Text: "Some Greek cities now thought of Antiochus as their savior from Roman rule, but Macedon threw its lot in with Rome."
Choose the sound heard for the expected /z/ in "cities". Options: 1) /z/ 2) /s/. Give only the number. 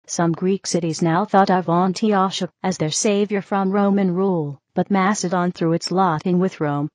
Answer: 1